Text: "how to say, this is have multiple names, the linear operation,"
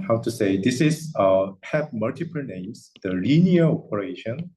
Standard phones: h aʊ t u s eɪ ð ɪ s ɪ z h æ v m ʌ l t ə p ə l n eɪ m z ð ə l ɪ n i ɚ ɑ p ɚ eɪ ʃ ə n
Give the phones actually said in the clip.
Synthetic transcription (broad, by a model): h aʊ t u s eɪ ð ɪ s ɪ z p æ p m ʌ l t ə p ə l n eɪ m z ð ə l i n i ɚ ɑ p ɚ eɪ ʃ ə n